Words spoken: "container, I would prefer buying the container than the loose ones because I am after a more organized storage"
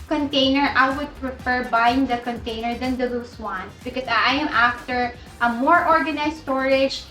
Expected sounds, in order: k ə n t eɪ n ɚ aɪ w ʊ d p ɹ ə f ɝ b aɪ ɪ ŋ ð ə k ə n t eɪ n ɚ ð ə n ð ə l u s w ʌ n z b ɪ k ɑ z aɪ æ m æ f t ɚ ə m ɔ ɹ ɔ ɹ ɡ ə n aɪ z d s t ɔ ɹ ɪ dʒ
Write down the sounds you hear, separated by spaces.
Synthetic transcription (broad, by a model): k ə n t eɪ n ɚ aɪ w ʊ d p ɹ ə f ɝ b aɪ ɪ ŋ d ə k ə n t eɪ n ɚ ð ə n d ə l u s w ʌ n s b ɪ k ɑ s aɪ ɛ m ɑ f t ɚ ə m ɔ ɹ ɔ ɹ ɡ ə n aɪ s t ɔ ɹ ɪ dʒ